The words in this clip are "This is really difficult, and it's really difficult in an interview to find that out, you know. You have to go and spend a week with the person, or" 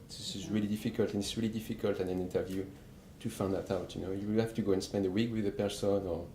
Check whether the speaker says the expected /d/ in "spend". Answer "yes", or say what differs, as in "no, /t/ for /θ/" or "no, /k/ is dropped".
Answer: yes